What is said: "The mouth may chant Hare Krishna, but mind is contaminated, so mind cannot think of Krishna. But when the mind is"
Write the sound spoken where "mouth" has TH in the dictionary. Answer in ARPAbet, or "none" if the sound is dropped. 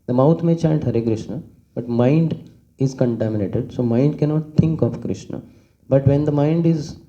T